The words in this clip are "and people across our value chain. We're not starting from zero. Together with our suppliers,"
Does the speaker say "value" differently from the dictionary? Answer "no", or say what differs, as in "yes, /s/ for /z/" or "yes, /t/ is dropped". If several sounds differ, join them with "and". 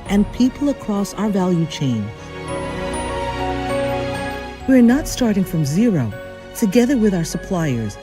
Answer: no